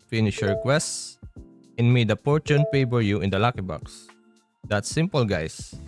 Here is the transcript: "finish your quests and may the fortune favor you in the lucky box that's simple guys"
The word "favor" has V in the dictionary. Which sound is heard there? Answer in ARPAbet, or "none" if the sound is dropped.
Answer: B